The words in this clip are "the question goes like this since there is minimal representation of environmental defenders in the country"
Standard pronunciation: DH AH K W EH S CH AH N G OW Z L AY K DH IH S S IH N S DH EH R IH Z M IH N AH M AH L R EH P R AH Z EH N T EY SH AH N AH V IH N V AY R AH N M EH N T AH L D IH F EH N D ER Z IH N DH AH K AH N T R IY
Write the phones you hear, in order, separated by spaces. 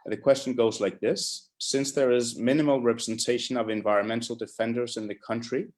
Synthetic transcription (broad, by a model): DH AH K W EH S CH AH N G OW Z L AY K DH IH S S IH N S DH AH R IH Z M IH N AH M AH L R EH P R AH Z EH N T EY SH AH N AH V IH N V AY R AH N M EH N T L D IH F EH N D ER Z IH N DH AH K AH N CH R IY